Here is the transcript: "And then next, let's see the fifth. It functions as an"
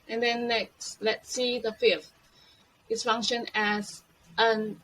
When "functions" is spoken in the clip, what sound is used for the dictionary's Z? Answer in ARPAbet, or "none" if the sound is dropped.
none